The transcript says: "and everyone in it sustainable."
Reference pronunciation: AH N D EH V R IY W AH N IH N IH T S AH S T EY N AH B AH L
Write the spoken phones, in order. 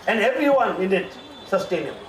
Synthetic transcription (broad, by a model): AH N D EH V R IY W AH N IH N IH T S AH S T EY N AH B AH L